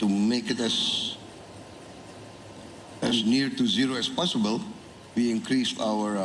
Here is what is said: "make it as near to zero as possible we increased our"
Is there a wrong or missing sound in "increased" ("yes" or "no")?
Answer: yes